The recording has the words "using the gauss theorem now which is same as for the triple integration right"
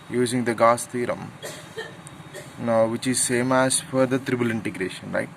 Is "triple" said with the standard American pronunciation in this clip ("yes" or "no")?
no